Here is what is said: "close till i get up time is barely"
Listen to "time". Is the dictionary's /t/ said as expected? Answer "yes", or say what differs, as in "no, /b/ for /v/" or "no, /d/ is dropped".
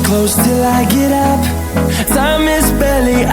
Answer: no, /s/ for /t/